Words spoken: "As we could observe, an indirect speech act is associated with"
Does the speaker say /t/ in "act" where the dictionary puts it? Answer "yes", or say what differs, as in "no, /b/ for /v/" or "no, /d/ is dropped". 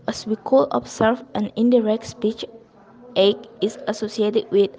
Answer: no, /t/ is dropped